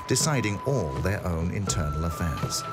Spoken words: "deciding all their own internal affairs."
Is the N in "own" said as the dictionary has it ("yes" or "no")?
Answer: yes